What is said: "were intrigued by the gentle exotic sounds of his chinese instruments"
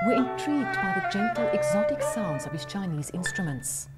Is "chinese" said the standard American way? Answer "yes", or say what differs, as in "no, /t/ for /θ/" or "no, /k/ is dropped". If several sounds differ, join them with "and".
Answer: yes